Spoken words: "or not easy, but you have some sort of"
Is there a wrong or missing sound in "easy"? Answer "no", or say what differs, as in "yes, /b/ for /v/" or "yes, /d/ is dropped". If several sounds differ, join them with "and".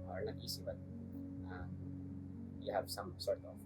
yes, /s/ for /z/